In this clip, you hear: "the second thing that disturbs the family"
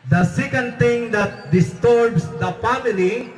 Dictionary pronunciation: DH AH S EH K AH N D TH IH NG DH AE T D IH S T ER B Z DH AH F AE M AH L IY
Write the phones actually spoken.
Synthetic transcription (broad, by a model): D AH S EH K AH N D T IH NG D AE T D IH S T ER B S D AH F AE M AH L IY